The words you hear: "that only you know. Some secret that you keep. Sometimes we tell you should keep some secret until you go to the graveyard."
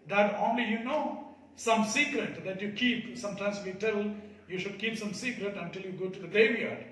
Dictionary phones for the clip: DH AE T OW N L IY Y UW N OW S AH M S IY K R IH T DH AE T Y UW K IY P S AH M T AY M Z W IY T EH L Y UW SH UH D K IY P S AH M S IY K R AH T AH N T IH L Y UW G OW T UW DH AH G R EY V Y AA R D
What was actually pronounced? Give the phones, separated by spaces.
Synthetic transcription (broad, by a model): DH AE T OW N L IY Y UW N OW S AH M S IY K R IH T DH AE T Y UW K IY P S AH M T AY M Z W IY T EH L Y UW SH UH D K IY P S AH M S IY K R AH T AH N T IH L Y UW G OW T UW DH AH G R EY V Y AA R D